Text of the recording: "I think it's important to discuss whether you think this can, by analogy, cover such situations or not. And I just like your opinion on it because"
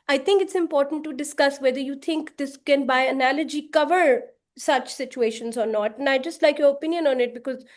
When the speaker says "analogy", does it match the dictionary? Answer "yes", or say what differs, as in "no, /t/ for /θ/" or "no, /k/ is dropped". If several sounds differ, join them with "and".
yes